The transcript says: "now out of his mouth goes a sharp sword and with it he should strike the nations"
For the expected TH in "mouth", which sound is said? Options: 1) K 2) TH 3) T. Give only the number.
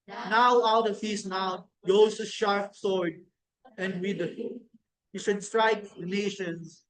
3